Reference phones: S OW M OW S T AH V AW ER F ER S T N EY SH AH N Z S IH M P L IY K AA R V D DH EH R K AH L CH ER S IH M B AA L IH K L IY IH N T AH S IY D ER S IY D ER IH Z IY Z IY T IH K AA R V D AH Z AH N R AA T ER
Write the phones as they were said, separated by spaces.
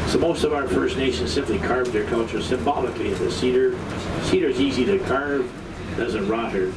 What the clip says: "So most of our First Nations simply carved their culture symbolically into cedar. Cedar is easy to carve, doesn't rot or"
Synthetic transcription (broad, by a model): S OW M OW S T AH V AW ER F ER S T N EY SH AH N Z S IH M P L IY K AA R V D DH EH R K AH L CH ER S IH M B AA L IH K L IY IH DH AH S IY D ER S IY D ER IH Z IY Z IY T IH K AA R V D AH Z AH N R AA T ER